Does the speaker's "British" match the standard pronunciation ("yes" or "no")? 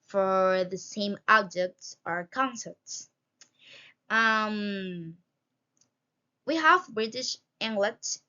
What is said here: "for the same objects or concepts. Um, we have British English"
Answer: yes